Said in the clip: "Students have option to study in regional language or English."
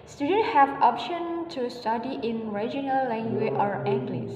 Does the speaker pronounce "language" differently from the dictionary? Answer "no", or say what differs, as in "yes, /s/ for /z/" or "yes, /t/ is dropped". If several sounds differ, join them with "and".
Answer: yes, /dʒ/ is dropped